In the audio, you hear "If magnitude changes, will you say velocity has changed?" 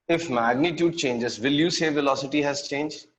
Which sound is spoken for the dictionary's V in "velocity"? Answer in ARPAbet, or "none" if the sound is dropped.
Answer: V